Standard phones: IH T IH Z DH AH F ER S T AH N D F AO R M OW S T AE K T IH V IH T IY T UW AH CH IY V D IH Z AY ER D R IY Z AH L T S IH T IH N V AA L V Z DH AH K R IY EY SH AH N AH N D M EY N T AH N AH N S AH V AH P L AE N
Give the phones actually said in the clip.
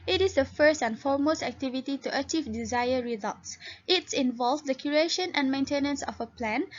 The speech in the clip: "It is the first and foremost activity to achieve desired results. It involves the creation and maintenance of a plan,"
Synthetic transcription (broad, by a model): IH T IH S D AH F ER S T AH N F AO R M OW S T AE K T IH V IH T IY T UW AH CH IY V D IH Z AY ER R IY Z AH L T S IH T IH N V AA L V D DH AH K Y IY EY SH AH N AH N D M EY N T AH N AH N S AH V AH P L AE N